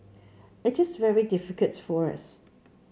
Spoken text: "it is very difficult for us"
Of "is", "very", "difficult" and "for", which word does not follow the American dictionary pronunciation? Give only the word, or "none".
none